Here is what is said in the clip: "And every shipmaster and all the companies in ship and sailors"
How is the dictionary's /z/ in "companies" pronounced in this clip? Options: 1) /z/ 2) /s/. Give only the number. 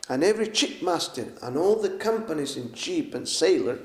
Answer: 1